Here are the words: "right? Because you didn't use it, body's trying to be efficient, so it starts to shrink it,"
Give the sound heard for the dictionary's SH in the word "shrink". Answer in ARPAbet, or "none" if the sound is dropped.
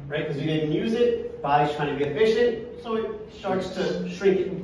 SH